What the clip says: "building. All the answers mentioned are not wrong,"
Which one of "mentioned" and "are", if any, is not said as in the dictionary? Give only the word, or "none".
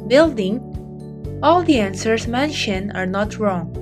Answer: mentioned